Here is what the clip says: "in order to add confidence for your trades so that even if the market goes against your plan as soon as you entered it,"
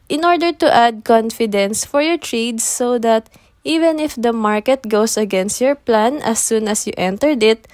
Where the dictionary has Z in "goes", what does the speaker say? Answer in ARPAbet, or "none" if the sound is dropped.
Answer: S